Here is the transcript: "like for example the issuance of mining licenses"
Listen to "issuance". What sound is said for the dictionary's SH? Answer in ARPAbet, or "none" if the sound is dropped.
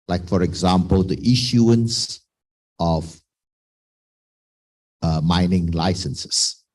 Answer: SH